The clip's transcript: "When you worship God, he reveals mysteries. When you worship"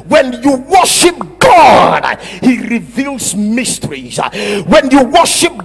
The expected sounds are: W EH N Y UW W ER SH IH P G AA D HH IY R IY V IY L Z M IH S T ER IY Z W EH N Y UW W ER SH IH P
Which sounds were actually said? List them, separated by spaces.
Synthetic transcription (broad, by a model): W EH N Y UW W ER SH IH P G AA D HH IY R IY V IY L Z M IH S T ER IY Z W EH N Y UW W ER SH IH P